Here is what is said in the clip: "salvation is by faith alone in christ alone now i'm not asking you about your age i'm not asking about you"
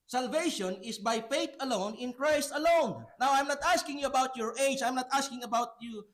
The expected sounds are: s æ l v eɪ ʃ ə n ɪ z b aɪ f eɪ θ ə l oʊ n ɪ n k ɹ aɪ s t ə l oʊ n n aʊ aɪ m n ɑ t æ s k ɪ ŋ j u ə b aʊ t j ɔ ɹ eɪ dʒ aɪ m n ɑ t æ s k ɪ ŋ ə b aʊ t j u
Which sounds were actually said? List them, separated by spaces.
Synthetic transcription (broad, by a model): s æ l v eɪ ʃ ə n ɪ s b aɪ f eɪ t ə l oʊ n ɪ n k ɹ aɪ s t ə l oʊ n n aʊ aɪ m n ɑ t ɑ s k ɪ ŋ j u ə b aʊ t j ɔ ɹ eɪ dʒ aɪ m n ɑ t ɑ s k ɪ ŋ ə b aʊ t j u